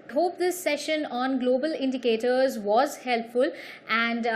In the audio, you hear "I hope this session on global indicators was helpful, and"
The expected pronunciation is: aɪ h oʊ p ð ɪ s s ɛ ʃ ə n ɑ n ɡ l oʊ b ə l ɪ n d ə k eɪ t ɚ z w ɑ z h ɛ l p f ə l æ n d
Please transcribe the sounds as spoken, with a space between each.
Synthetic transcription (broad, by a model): h oʊ p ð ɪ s s ɛ ʃ ə n ɑ n ɡ l oʊ b ə l ɪ n d ə k eɪ t ɚ z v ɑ z h ɛ l p f ə l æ n d